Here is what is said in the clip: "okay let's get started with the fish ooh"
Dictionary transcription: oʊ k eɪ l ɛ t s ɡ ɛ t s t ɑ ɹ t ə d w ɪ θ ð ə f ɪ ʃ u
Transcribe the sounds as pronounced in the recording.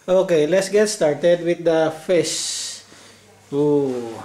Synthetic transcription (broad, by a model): oʊ k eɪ l ɛ t s ɡ ɛ t s t ɑ ɹ t ə d w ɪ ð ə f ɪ s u